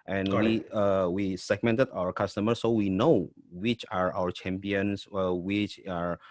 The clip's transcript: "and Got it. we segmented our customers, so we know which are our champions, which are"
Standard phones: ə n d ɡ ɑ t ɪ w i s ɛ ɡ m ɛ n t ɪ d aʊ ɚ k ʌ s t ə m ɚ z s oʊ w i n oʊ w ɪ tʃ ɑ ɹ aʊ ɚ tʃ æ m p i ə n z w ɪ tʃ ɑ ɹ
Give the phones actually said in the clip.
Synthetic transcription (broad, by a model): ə n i ɪ w i s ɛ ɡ m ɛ n t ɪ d aʊ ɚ k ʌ s t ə m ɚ s oʊ w i n oʊ w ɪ tʃ ɑ ɹ aʊ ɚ tʃ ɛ m p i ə n s w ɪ tʃ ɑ ɹ